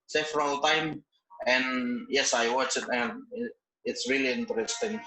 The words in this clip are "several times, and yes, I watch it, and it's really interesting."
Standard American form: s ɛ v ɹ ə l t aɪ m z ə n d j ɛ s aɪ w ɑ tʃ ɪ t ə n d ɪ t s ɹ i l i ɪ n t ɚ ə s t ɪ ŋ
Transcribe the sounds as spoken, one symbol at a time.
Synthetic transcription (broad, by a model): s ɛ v ɹ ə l t aɪ m ə n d j ɛ s aɪ w ɑ tʃ ɪ t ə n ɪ ɪ t s ɹ i l i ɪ n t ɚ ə s t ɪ ŋ